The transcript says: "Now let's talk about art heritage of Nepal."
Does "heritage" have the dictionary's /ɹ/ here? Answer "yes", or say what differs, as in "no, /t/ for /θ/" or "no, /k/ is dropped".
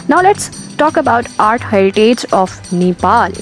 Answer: no, /ɹ/ is dropped